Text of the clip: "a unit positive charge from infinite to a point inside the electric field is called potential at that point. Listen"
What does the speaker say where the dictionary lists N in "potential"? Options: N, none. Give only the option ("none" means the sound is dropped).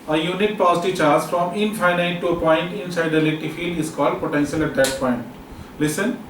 N